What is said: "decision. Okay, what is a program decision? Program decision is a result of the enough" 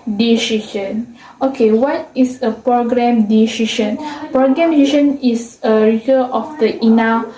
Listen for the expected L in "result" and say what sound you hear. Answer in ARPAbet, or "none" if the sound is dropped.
none